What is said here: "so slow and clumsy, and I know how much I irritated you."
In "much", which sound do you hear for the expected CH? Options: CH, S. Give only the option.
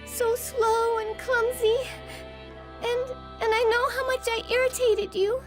CH